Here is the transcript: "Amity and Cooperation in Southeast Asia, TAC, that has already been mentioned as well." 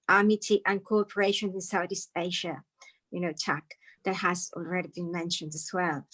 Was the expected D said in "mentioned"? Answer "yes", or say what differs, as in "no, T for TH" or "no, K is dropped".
yes